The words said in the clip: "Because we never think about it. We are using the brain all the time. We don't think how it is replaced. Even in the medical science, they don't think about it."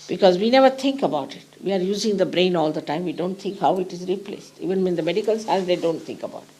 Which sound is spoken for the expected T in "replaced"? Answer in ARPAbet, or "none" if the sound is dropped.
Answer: T